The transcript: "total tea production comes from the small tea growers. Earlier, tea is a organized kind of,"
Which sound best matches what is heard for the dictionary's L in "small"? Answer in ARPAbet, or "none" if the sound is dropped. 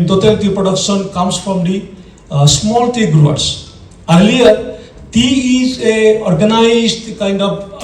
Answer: L